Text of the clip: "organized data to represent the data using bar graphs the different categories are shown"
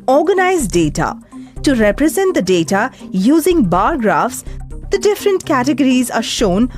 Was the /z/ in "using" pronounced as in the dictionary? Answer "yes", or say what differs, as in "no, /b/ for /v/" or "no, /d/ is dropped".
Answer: yes